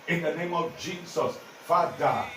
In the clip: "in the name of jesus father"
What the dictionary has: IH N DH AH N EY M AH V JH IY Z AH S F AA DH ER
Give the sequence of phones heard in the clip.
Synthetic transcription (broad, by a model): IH N DH AH N EY M AH V JH IY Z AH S F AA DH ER